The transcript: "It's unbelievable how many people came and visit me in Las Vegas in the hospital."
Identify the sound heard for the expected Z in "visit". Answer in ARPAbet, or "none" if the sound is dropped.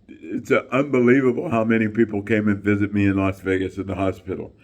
Z